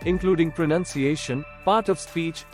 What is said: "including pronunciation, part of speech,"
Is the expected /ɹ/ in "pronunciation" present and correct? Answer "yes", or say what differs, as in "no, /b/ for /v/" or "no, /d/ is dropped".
yes